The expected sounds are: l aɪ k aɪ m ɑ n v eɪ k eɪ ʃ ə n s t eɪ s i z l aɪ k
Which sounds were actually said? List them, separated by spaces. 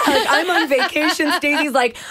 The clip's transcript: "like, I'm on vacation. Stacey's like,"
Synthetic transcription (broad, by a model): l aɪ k aɪ m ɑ n v eɪ k eɪ ʃ ə n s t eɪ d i z l aɪ k